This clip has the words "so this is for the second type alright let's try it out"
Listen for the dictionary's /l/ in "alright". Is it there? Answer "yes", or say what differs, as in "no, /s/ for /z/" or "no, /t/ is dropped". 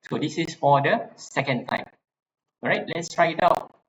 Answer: no, /l/ is dropped